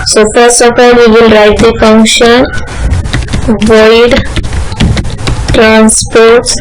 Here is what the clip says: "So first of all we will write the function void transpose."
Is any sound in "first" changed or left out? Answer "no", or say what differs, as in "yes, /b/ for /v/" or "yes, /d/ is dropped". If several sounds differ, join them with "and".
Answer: yes, /t/ is dropped